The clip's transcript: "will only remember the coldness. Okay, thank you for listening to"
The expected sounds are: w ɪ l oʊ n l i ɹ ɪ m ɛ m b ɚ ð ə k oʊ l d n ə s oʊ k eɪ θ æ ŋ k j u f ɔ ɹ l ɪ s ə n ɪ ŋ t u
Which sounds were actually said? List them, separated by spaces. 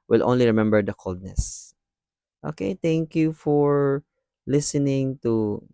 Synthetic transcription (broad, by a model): w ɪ l oʊ n l i ɹ ɪ m ɛ m b ɚ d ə k oʊ l d n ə s oʊ k eɪ t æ ŋ k j u f ɔ ɹ l ɪ s ə n ɪ ŋ t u